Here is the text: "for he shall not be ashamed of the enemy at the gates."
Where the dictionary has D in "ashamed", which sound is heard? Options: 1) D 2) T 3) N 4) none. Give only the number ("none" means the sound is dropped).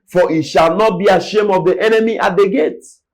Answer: 4